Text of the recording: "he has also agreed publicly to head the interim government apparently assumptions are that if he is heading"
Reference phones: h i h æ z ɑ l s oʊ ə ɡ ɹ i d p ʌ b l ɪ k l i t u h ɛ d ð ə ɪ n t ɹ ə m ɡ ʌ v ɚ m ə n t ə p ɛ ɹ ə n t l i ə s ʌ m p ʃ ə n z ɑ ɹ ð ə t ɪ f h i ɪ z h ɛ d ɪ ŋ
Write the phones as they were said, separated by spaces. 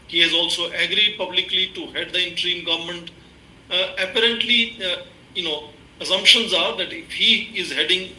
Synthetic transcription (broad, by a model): h i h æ z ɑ l s oʊ ə ɡ ɹ i d p ʌ b l ɪ k l i t u h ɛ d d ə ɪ n t ɹ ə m ɡ ʌ v ɚ m ə n t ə p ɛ ɹ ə n t l i ə s ʌ m p ʃ ə n z ɑ ɹ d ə t ɪ f h i ɪ z h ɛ d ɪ ŋ